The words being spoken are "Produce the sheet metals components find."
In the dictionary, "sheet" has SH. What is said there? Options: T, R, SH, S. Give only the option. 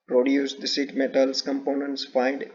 S